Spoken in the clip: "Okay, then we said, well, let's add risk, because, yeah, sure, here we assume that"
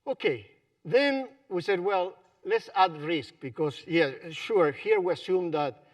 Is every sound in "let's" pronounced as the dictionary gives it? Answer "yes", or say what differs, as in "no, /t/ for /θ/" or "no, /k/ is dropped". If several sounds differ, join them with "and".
yes